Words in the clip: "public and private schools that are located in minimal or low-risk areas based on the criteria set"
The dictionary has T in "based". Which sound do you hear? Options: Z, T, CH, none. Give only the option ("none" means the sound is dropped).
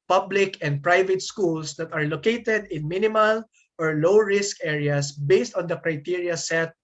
T